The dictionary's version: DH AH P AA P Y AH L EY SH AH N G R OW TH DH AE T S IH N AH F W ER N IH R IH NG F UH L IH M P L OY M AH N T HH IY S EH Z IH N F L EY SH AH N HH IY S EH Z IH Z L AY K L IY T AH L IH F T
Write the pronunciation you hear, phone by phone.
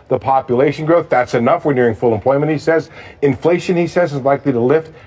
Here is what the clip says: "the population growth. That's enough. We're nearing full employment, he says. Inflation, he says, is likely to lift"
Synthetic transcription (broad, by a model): DH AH P AA P Y AH L EY SH AH N G R OW TH DH AE T S IH N AH F W ER N IH R IH NG F UH L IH M P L OY M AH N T HH IY S EH Z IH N F L EY SH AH N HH IY S EH Z IH Z L AY K L IY T AH L IH F T